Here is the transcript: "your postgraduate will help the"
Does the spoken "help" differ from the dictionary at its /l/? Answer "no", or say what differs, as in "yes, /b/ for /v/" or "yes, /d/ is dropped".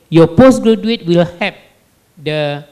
yes, /l/ is dropped